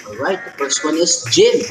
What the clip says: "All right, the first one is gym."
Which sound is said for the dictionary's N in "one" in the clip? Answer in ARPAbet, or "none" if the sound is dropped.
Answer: N